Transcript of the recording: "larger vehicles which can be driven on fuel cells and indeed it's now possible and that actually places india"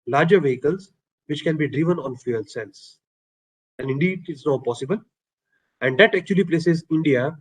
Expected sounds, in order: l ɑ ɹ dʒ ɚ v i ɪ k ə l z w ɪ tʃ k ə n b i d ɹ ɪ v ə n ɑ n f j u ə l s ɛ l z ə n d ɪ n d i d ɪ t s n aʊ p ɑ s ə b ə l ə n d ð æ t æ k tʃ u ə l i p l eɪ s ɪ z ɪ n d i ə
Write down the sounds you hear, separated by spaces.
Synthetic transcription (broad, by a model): l ɑ ɹ dʒ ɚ v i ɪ k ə l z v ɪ tʃ k ə n b i d ɹ ɪ v ə n ɑ n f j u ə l s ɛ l s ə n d ɪ n d i d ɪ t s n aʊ p ɑ s ə b ə l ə n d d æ t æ k tʃ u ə l i p l eɪ s ɪ z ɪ n d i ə